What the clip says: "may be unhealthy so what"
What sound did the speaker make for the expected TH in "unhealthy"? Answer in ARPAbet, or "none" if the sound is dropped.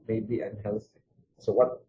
S